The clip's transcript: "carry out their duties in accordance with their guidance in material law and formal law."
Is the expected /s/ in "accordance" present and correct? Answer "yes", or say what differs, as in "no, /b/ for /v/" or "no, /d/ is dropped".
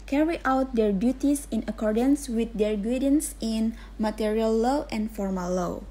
yes